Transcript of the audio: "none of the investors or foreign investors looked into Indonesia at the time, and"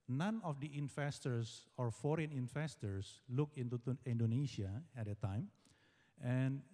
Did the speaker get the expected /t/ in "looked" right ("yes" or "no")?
no